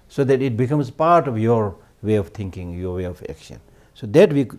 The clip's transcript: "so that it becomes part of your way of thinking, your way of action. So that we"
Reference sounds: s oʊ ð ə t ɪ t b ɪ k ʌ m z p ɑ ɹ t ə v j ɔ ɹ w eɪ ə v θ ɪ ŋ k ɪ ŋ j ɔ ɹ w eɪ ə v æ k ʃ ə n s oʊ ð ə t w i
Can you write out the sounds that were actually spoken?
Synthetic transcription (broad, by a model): s oʊ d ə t ɪ t b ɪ k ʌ m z p ɑ ɹ t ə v j ɔ ɹ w eɪ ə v t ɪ ŋ k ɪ ŋ j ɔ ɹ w eɪ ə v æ k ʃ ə n s oʊ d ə t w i